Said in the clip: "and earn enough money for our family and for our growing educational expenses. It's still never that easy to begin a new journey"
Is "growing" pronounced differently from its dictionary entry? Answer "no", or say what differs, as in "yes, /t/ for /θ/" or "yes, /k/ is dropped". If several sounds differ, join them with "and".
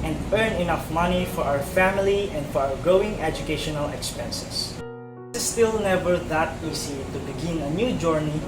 yes, /ɹ/ is dropped